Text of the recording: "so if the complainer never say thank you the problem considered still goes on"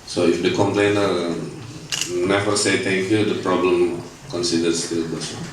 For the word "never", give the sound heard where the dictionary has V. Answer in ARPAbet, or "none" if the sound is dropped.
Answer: F